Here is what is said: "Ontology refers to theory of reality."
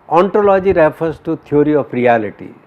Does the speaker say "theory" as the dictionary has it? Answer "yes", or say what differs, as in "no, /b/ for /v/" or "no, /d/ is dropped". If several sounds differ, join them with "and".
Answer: no, /t/ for /θ/